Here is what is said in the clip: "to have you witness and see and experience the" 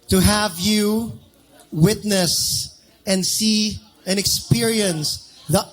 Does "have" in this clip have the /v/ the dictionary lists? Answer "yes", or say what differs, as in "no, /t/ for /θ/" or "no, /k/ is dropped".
yes